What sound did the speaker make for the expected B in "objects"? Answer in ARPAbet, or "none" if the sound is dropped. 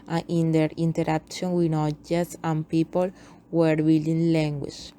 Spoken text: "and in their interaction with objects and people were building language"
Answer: none